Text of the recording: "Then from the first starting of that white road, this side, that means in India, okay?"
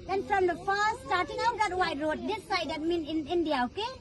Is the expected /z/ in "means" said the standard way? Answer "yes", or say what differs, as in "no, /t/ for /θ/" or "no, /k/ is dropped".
no, /z/ is dropped